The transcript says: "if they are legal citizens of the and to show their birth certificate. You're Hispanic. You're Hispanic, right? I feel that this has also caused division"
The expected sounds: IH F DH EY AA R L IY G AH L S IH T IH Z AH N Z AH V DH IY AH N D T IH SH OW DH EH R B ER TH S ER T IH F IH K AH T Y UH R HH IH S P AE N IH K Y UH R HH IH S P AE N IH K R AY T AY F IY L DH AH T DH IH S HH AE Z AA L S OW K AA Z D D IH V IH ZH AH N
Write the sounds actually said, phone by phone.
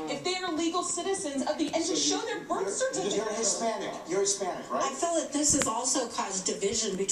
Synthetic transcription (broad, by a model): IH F DH EY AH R L IY G L S IH T IH Z AH N Z AH V DH IY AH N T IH SH OW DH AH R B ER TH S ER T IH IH AH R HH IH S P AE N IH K Y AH R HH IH S P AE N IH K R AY AY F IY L DH AH T DH IH S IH Z AA L S OW K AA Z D D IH V IH ZH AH N